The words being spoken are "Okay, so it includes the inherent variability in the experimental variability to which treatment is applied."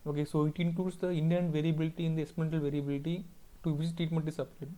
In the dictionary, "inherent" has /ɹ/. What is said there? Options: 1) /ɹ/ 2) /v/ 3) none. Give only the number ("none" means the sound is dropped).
3